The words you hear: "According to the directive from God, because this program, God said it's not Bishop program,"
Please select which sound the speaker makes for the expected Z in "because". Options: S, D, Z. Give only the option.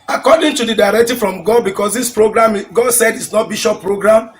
S